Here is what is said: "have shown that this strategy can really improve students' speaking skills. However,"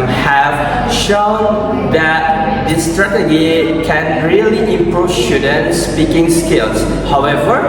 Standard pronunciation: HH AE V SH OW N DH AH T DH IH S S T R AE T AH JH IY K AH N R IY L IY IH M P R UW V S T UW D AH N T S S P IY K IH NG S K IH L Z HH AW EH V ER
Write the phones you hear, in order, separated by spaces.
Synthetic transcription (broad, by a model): HH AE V SH OW N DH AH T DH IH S S T R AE T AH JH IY K AH N R IY L IY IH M P R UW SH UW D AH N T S S P IY K IH NG S K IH L S HH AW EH V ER